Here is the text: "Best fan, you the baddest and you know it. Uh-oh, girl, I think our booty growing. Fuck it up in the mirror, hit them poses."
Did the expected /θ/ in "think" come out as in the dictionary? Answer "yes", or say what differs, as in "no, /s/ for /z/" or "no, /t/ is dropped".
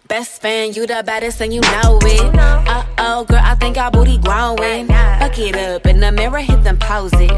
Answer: yes